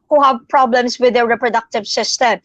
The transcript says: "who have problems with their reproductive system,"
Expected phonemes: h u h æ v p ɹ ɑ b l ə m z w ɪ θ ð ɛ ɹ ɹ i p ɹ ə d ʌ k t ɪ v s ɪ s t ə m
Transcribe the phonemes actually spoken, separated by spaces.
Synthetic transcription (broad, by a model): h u h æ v p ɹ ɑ b l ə m s w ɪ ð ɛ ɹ ɹ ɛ p ɹ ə d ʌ k t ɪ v s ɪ s t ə m